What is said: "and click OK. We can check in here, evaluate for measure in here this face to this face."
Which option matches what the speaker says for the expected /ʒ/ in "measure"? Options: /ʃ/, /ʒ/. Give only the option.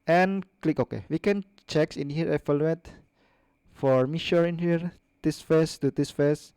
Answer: /ʃ/